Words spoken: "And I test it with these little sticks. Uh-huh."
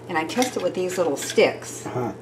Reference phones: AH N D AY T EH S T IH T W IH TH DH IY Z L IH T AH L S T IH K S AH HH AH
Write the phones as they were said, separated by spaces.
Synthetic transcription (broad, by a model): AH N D AY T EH S T IH T W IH DH IY Z L IH T L S T IH K S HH